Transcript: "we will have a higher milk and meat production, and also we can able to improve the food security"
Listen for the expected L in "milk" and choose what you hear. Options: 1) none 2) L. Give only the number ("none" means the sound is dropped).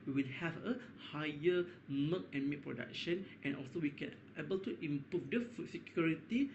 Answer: 1